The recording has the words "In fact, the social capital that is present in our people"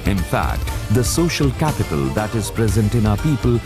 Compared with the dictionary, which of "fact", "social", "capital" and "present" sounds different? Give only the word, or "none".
none